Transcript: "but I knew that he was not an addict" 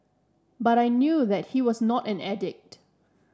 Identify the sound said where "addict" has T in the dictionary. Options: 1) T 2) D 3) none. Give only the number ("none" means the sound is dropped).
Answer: 1